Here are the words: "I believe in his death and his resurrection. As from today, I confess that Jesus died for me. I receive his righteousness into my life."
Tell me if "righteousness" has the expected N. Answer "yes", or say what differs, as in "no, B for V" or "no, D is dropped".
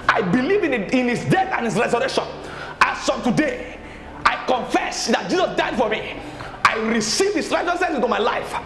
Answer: no, N is dropped